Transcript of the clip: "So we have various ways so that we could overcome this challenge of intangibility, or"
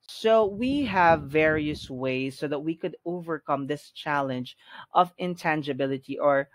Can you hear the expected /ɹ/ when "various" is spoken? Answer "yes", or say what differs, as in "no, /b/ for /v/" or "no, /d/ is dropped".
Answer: yes